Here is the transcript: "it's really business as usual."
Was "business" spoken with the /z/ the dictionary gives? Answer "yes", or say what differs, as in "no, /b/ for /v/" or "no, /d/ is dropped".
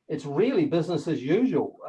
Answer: yes